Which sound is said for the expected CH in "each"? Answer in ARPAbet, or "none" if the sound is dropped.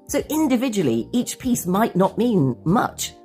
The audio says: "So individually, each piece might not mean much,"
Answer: CH